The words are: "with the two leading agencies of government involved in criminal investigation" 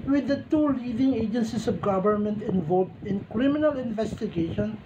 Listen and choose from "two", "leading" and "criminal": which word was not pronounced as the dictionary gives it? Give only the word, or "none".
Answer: none